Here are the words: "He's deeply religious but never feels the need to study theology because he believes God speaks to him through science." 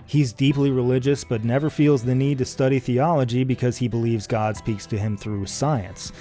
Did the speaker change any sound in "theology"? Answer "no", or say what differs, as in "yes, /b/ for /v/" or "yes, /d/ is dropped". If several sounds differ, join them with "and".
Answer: no